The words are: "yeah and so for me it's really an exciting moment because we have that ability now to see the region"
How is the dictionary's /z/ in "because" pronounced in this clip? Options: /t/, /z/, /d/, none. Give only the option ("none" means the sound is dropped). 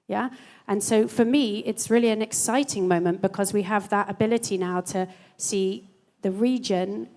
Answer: /z/